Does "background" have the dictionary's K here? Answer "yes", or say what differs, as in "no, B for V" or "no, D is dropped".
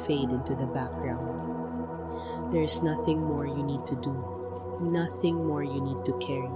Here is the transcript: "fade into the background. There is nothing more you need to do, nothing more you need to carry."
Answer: yes